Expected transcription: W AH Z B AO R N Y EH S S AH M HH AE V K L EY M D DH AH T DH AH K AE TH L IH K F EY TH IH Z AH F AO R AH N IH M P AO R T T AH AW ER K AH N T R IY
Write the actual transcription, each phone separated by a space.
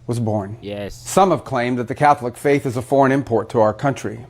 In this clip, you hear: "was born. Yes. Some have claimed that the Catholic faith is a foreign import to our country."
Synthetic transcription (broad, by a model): W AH Z B AO R N Y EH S S AH M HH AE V K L EY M DH AH T DH AH K AE TH L IH K F EY TH IH Z AH F AO R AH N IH M P AO R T T AH AW ER K AH N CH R IY